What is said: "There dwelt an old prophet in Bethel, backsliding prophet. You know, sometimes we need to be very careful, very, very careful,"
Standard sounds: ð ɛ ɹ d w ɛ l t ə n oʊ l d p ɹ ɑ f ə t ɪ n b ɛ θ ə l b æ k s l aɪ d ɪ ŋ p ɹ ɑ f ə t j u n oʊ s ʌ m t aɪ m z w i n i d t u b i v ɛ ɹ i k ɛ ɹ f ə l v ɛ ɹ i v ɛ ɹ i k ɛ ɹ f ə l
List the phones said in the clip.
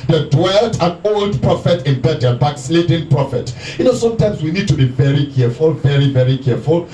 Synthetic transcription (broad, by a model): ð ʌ d w ɛ l t ə n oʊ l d p ɹ ɑ f ə t ɪ n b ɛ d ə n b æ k s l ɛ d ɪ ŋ p ɹ ɑ f ə t j u n oʊ s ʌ m t aɪ m s w i n i d t u b i v ɛ ɹ i k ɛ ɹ f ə l v ɛ ɹ i v ɛ ɹ i k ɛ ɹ f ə l